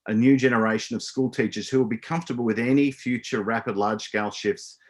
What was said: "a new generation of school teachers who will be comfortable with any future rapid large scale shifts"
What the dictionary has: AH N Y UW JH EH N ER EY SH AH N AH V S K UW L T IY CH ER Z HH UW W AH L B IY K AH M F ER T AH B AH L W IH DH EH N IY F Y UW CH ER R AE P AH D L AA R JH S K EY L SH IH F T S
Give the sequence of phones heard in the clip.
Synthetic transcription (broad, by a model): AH N Y UW JH EH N ER EY SH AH N AH V S K UW L T IY CH ER Z HH UW W AH L B IY K AH M F T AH B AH L W IH DH EH N IY F Y UW CH ER R AE P AH D L AA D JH S K EY L SH IH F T S